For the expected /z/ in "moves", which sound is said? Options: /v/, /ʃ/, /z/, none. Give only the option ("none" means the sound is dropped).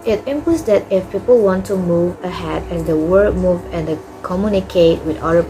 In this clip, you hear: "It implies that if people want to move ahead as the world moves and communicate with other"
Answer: none